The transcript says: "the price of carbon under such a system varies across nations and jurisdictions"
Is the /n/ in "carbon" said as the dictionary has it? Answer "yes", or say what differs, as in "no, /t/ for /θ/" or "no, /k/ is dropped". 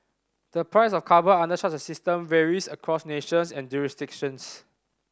no, /n/ is dropped